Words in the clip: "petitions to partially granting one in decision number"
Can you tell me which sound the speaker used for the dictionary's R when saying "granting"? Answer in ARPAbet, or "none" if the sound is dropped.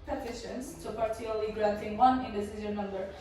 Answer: R